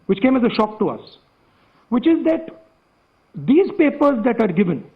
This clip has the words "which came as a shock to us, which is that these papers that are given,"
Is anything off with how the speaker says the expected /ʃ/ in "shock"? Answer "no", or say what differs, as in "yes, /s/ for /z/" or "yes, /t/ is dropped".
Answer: no